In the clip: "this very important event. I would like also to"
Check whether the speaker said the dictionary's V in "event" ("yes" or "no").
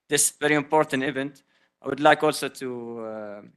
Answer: yes